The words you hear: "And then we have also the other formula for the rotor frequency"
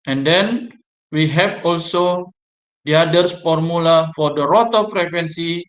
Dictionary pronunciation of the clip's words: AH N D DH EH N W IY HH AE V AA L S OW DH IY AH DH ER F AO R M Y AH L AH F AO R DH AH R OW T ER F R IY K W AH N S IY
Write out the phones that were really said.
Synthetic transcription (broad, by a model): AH N D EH N W IY HH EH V AA L S OW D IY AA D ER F AO R M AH L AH F AO R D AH R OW T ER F R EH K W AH N S IY